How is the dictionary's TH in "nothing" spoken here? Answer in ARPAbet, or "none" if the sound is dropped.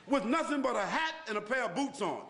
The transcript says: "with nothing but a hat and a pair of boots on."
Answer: TH